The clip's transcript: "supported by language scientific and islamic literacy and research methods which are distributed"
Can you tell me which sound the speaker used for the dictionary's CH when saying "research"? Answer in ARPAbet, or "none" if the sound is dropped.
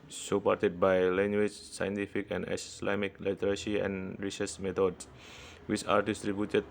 S